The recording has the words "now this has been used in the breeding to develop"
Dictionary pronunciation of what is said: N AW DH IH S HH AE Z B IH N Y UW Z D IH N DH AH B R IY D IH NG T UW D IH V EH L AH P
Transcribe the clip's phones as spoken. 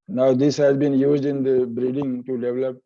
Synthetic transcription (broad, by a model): N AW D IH S HH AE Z B IH N Y UW Z D IH N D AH B R IY D IH NG T UW D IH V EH L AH P